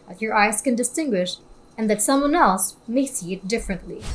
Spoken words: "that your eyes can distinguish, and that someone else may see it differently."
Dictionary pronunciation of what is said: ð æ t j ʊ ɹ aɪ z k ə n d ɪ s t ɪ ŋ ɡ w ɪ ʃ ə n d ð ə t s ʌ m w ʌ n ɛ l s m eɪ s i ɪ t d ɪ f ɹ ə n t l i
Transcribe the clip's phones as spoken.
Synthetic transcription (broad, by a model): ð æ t j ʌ ɹ aɪ z k ə n d ɪ s t ɪ ŋ ɡ w ɪ ʃ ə n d ð ə t s ʌ m w ʌ n ɛ l s m eɪ s i ɪ t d ɪ f ɹ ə n t l i